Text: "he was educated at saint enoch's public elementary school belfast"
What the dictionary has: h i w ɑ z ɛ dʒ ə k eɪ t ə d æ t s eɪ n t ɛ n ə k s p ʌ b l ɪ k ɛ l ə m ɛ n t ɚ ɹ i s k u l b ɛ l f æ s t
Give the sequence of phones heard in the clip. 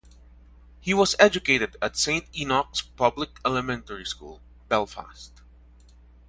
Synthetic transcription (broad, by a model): h i w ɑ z ɛ dʒ ə k eɪ t ə d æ t s eɪ n t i n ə k s p ʌ b l ɪ k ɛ l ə m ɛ n t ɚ ɹ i s k u l b ɛ l f æ s t